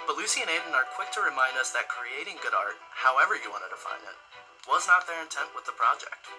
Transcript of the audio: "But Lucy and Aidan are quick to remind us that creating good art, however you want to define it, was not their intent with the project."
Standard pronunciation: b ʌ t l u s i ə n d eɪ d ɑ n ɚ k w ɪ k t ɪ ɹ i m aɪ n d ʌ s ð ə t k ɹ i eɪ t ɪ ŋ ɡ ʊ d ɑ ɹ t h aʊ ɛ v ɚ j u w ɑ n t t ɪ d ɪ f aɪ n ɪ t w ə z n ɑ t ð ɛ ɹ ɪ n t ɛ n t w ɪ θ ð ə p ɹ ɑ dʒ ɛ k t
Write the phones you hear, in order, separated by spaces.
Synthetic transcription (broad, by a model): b ʌ t l u s i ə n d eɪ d n ɚ k w ɪ k t ɪ ɹ i m aɪ n d ʌ s ð ə t k ɹ i eɪ t ɪ ŋ ɡ ʊ d ɑ ɹ t h aʊ ɛ v ɚ j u w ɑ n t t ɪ d ɪ f aɪ n ɪ t w ə z n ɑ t ð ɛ ɹ ɪ n t ɛ n t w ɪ ð ə p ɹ ɑ dʒ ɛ k t